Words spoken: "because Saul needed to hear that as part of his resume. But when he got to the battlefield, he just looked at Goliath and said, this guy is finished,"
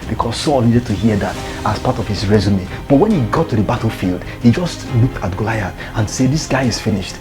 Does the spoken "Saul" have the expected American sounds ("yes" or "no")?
yes